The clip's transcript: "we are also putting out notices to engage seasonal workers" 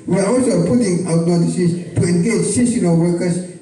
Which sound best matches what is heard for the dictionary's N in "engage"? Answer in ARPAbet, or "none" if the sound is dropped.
N